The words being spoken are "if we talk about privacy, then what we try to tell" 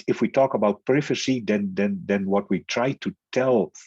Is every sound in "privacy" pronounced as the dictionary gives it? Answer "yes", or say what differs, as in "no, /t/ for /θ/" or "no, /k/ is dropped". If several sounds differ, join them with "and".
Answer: no, /f/ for /v/